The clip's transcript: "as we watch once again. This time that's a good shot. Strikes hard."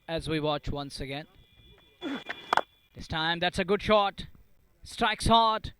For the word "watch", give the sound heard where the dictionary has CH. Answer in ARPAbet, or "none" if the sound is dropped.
CH